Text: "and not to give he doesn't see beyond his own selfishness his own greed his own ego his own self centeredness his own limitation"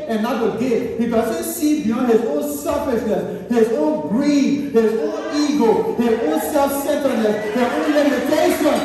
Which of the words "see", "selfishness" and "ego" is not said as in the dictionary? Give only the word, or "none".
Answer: selfishness